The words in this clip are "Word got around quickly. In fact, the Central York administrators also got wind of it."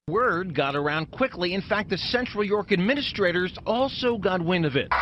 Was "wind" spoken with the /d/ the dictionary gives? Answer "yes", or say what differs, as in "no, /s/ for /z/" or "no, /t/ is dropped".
no, /d/ is dropped